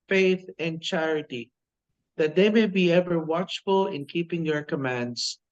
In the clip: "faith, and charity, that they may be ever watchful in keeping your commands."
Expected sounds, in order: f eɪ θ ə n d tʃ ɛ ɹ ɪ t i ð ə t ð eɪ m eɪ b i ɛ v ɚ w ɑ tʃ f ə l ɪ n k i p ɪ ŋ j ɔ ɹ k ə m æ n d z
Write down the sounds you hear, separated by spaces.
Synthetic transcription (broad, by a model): f eɪ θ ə n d tʃ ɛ ɹ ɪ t i ð ə t ð eɪ m eɪ b i ɛ v ɚ w ɑ tʃ f ə l ɪ n k i p ɪ ŋ j ɔ ɹ k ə m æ n d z